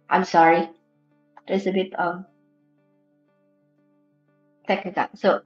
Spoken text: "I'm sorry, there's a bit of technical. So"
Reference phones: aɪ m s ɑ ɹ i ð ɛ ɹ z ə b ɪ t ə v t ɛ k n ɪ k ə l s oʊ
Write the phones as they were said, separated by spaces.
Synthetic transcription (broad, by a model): aɪ m s ɑ ɹ i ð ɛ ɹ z ə b ɪ t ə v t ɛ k ɪ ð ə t s oʊ